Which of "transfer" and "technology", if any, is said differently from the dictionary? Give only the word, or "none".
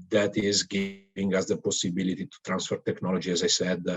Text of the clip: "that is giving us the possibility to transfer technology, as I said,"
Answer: none